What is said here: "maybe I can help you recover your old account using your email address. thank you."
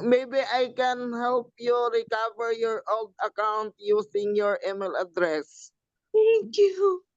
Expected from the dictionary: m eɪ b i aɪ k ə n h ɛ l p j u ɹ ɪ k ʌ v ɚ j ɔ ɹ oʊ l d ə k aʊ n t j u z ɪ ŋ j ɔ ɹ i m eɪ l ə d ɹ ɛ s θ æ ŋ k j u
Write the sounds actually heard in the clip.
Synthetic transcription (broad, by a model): m eɪ b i aɪ k ə n h ɛ l p j u ɹ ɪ k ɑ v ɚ j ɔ ɹ oʊ l d ə k aʊ n t j u s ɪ ŋ j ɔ ɹ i m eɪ l ə d ɹ ɛ s t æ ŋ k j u